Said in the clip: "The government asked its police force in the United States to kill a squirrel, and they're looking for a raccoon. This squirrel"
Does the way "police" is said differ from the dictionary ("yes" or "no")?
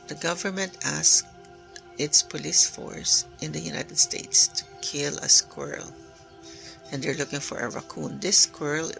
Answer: no